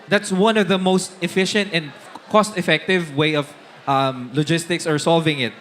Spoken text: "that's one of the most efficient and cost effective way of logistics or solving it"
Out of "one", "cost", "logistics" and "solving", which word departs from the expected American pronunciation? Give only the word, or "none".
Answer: none